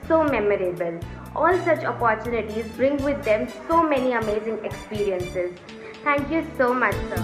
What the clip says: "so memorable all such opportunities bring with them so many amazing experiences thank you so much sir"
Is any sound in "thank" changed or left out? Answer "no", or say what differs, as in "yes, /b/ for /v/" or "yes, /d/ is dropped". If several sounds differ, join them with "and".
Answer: yes, /t/ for /θ/